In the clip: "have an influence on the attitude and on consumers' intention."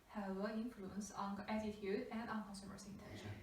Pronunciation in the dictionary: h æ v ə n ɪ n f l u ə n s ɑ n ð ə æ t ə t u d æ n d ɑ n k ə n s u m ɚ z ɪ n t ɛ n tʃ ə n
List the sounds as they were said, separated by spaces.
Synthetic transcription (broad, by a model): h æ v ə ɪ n f l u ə n s ɑ n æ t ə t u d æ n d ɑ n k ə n s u m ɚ s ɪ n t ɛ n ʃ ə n